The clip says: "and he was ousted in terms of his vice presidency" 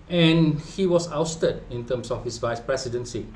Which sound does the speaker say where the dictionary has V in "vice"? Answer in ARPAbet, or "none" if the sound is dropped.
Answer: V